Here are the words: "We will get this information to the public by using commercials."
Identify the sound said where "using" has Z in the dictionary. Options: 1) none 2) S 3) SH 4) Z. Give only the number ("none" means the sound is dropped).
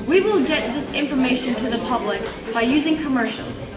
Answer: 4